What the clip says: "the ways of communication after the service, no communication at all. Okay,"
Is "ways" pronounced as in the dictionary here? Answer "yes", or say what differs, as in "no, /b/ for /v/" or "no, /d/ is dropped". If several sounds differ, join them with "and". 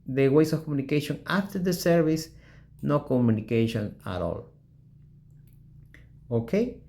no, /s/ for /z/